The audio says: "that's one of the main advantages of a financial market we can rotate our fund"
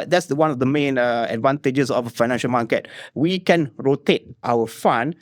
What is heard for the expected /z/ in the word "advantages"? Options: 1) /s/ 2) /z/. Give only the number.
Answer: 1